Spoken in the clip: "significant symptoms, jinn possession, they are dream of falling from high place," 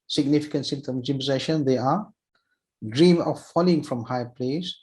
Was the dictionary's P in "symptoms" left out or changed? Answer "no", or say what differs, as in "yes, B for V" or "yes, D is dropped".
yes, P is dropped